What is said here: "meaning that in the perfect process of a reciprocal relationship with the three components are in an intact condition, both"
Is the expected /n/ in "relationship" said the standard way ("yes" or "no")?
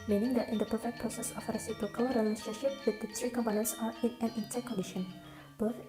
no